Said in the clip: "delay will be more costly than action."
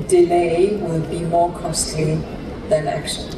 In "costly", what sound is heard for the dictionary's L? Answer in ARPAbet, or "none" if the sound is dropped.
none